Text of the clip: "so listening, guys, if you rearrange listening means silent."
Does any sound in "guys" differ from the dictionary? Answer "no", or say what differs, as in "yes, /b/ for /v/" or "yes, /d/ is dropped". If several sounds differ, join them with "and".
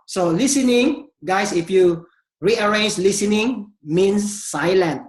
yes, /s/ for /z/